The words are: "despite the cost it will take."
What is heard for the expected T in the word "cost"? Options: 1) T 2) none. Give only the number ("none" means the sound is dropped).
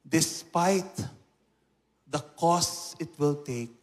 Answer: 2